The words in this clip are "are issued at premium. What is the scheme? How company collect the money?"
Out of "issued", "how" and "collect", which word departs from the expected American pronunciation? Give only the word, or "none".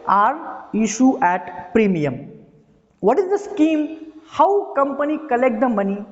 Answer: issued